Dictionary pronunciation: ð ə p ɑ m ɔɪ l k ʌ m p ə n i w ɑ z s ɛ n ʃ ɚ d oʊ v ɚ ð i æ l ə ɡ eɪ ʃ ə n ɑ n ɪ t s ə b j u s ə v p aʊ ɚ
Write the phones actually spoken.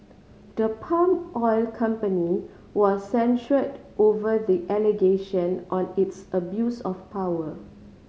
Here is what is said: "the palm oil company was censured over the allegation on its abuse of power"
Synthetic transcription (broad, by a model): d ə p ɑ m ɔɪ l k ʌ m p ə n i w ɑ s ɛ n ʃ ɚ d oʊ v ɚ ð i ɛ l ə ɡ eɪ ʃ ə n ɑ n ɪ t s ə b j u s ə f p aʊ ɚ